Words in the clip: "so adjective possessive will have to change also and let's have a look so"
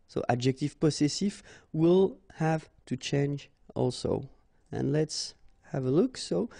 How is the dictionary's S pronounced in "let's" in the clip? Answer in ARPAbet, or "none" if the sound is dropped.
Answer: S